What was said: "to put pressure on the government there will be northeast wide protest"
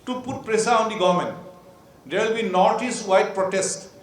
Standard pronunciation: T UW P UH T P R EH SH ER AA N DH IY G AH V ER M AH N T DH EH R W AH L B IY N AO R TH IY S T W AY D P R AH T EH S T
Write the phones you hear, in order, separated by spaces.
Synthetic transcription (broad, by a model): T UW P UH T P R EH S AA AA N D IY G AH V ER M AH N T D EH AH L B IY N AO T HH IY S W AY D P R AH T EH S T